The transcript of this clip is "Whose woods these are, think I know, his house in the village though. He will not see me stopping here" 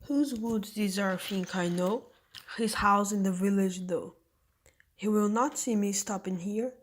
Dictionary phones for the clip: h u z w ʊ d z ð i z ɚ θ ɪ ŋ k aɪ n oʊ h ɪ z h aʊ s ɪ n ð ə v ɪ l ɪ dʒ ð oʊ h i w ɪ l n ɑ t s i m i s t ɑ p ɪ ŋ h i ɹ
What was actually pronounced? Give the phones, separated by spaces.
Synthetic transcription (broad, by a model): h u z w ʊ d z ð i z ɚ f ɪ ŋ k aɪ n oʊ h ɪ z h aʊ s ɪ n ð ə v ɪ l ɪ dʒ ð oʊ h i w ɪ l n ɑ t s i m i s t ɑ p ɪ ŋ h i ɹ